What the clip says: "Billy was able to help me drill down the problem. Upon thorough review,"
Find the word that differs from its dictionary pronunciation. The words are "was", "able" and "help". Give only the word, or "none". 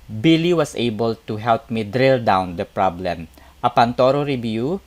was